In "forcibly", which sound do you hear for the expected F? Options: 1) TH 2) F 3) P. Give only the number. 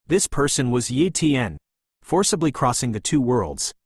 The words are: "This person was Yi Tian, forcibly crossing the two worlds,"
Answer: 2